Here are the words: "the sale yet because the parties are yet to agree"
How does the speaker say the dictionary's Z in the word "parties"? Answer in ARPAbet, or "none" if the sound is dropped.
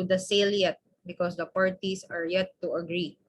S